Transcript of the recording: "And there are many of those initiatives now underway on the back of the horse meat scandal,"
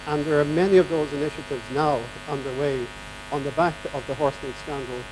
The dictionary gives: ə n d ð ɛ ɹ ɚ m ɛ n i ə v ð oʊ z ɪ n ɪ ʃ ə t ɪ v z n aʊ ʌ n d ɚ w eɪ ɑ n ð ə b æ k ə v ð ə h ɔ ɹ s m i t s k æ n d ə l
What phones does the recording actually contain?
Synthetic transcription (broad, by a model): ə n ð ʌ ɹ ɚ m ɛ n i ə v ð oʊ z ɪ n ɪ ʃ ə t ɪ v z n aʊ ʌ n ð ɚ w eɪ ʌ n ð ə b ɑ k ə v ð ə h ɔ ɹ s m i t s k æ n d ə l